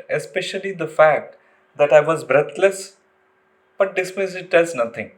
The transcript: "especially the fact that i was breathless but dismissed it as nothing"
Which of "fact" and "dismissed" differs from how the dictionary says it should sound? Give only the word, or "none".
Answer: dismissed